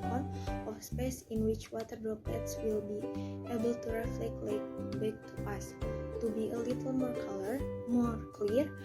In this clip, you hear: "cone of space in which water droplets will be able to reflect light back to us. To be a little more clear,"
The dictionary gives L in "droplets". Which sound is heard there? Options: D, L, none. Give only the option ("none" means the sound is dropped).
none